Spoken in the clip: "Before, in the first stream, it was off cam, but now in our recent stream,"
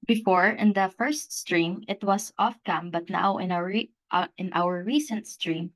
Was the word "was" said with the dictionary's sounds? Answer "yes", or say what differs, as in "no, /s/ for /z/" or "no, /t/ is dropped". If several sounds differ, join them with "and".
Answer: no, /s/ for /z/